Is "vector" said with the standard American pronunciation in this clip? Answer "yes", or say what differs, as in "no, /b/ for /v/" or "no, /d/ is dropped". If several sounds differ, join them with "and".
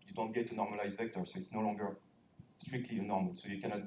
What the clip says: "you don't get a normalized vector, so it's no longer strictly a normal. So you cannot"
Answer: yes